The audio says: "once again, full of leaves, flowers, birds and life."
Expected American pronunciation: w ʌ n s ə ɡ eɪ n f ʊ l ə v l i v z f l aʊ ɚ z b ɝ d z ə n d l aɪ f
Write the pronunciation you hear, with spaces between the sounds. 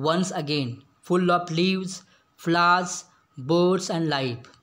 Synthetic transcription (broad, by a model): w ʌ n s ə ɡ eɪ n f ʊ l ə p l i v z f l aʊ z b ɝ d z ə n d l aɪ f